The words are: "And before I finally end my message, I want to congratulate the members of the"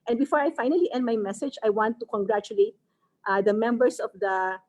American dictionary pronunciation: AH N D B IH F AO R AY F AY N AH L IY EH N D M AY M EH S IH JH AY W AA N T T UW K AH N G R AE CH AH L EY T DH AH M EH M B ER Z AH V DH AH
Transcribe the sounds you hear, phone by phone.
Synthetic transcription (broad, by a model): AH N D B IH F AO R AY F AY N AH L IY EH N D M AY M EH S IH JH AY W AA N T T UW K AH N G R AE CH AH L EY T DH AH M EH M B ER S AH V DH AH